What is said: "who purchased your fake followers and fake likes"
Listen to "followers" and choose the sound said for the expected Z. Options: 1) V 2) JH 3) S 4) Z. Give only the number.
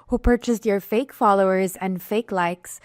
4